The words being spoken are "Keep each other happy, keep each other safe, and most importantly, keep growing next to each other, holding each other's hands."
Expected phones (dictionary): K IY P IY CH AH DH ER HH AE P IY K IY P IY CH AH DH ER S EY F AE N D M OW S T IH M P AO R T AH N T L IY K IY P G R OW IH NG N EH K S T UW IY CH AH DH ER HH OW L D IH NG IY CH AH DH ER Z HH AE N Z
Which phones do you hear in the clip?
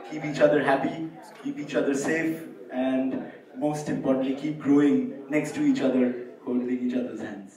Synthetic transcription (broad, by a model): K IY P IY CH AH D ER HH AE P IY K IY P IY CH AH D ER S EY F AE N D M OW S T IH M P AO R T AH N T L IY K IY P G R OW IH NG N EH K S T UW IY CH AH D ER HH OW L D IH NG IY CH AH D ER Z HH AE N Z